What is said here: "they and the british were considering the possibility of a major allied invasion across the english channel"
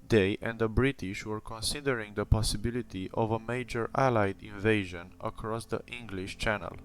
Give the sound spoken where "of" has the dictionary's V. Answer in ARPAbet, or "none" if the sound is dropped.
V